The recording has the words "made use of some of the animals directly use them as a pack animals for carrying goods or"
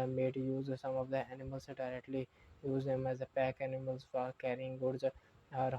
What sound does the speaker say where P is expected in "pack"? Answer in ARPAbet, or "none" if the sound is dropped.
P